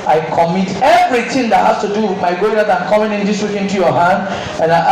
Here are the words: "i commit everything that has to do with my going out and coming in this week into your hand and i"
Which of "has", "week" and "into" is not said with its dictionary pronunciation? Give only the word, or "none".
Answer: has